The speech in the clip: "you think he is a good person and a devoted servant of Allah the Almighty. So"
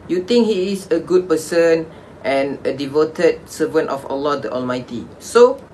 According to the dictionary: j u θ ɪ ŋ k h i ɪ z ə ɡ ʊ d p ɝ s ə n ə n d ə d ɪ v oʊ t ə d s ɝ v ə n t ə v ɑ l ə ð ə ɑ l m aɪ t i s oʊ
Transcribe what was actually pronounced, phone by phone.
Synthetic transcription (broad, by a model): j u t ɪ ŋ k h i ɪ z ə ɡ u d p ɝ s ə n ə n ə d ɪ v oʊ t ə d s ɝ v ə n t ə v ɑ l ə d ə ɑ l m aɪ t i s oʊ